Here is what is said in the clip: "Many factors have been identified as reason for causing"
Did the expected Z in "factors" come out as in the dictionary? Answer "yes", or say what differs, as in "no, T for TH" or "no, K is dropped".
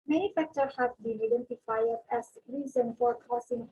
no, Z is dropped